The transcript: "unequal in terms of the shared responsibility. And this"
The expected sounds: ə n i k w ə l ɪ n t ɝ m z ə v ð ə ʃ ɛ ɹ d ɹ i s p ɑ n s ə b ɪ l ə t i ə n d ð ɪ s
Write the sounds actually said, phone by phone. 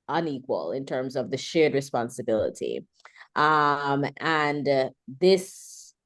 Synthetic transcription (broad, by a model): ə n i k w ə l ɪ n t ɝ m z ə v ð ə ʃ ɛ ɹ d ɹ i s p ɑ n s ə b ɪ l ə t i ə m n ð ɪ s